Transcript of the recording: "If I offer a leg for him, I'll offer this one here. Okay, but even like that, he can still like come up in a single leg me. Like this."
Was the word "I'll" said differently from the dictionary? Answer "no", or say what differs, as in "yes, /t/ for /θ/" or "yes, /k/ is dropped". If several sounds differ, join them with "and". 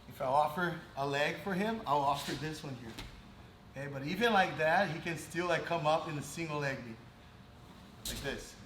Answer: no